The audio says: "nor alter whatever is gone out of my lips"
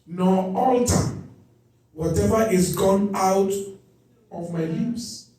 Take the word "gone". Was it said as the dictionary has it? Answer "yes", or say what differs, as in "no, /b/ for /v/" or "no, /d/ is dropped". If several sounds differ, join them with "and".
yes